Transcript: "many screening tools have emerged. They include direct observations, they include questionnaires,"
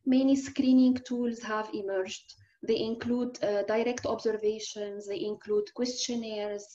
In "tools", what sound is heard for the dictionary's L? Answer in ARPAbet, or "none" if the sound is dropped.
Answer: L